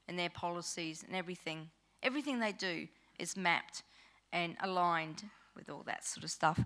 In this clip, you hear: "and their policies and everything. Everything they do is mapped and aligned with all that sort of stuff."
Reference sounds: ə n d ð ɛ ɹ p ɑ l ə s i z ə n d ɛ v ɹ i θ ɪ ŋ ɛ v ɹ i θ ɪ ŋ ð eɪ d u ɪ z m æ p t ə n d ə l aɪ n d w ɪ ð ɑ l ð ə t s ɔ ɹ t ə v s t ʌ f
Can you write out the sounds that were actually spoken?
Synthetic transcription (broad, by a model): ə n ð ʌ ɹ p ɑ l ə s i z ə n ɛ v ɹ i θ ɪ ŋ ɛ v ɹ i θ ɪ ŋ ð eɪ d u ɪ z m æ p t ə n ə l aɪ n d w ɪ ð ɑ l ð ə t s ɔ ɹ t ə v s t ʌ f